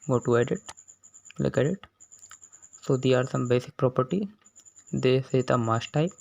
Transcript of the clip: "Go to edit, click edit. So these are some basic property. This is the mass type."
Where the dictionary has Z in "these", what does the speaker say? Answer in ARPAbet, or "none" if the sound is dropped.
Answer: none